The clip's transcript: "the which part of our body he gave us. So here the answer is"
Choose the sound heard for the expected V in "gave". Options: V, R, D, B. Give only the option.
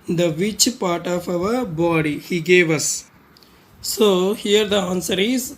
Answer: V